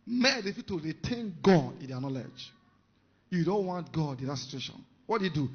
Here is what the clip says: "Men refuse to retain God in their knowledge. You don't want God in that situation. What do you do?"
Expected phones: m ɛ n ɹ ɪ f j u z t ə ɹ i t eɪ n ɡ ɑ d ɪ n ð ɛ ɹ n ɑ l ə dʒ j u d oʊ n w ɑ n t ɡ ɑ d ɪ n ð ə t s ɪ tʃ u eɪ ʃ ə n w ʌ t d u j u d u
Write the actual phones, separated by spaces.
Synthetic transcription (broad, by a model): m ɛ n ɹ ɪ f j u t ə ɹ i t eɪ n ɡ ɑ d ɪ n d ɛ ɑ n ɑ l ə dʒ j u d oʊ n w ɑ n t ɡ ɑ d ɪ n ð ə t s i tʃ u eɪ ʃ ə n w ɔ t d u j u d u